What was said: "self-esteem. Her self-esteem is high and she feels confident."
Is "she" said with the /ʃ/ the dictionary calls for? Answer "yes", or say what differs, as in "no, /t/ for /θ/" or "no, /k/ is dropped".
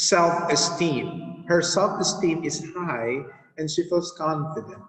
yes